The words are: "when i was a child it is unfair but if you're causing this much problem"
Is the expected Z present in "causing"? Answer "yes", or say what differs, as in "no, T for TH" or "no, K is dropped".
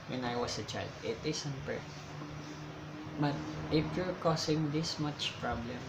no, S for Z